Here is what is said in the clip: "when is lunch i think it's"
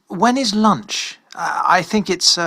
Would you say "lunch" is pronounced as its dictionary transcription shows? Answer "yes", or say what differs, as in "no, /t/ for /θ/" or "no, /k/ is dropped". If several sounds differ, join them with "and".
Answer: yes